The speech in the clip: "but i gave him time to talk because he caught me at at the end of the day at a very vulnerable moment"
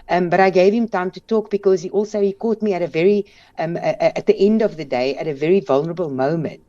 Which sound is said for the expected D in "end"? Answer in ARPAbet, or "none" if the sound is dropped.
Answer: D